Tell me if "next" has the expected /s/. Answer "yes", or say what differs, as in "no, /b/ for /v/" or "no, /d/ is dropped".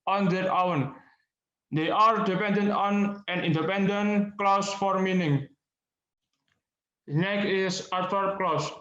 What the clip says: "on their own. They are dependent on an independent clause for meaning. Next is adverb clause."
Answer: no, /s/ is dropped